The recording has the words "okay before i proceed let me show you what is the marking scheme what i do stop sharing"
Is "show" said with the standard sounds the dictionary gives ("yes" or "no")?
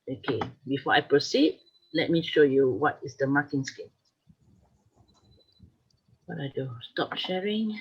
yes